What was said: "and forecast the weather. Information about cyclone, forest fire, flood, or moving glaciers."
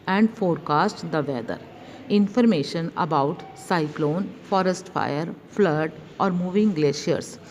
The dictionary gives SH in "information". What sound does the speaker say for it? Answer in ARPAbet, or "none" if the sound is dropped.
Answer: SH